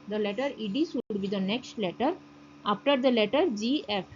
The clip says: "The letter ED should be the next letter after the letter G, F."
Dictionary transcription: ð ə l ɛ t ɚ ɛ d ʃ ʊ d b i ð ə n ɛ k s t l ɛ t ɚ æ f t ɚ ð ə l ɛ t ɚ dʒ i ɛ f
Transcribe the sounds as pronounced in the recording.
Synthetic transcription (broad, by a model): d ə l ɛ t ɚ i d s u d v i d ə n ɛ k s t l ɛ t ɚ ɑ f t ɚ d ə l ɛ t ɚ dʒ i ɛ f